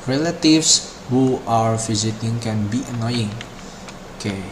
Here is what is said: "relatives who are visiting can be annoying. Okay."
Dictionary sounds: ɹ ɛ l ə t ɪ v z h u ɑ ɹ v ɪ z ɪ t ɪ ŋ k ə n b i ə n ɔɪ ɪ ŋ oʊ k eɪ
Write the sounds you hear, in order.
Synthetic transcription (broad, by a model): ɹ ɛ l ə t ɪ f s h u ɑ ɹ f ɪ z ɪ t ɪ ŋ k ə n b i ə n ɔɪ ɪ ŋ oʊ k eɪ